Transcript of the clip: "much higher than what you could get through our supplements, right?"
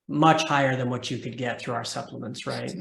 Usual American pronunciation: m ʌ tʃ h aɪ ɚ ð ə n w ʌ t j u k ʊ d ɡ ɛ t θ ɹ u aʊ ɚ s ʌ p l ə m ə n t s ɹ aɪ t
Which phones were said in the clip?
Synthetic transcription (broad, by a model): m ʌ tʃ h aɪ ɚ ð ə n w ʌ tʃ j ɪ k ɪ d ɡ ɛ t θ ɹ u aʊ ɚ s ʌ p l ə m ə n t s ɹ aɪ t